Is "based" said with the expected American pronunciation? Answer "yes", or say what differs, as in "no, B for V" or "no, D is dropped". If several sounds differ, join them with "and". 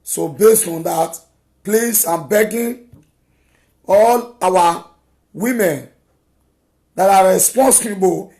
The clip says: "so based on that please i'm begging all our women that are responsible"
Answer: yes